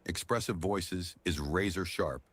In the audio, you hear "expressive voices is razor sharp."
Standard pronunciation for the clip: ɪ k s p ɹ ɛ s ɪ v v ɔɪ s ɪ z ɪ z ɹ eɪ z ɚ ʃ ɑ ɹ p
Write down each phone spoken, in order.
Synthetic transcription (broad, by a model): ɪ k s p ɹ ɛ s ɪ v v ɔɪ s ɪ z ɪ z ɹ eɪ z ɚ ʃ ɑ ɹ p